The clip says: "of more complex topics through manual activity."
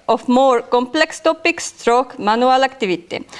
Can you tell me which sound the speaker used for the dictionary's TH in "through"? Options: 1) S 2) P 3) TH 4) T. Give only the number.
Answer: 4